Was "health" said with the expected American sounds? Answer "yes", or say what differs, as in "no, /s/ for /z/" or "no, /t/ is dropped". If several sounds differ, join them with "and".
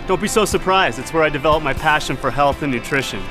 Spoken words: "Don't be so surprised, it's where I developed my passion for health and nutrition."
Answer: yes